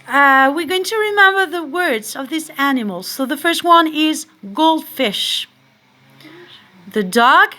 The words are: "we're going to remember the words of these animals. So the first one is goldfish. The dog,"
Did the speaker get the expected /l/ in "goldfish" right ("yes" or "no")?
yes